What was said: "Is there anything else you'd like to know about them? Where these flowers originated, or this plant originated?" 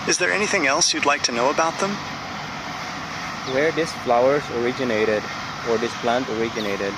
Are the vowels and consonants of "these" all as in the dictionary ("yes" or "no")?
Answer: no